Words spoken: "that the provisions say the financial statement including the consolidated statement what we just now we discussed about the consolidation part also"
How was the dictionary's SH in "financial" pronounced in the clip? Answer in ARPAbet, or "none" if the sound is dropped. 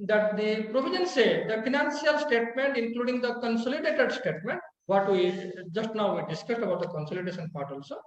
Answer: S